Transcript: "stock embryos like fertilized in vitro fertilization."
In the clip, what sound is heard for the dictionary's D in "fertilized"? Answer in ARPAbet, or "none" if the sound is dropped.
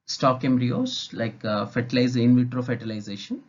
none